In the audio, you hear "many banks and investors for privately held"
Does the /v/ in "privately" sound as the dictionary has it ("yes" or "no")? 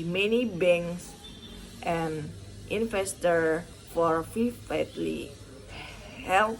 no